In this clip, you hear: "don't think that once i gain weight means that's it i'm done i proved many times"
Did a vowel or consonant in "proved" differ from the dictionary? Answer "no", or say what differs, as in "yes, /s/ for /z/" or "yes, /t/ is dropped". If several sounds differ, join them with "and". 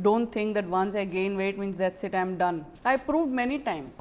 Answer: no